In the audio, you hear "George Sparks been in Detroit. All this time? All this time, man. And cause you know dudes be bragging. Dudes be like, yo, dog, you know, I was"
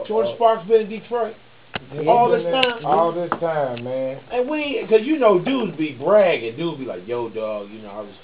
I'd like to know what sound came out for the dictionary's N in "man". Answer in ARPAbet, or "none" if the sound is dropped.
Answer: N